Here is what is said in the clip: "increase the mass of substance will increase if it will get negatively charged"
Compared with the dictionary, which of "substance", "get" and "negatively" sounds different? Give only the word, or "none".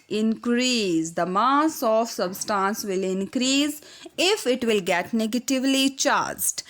none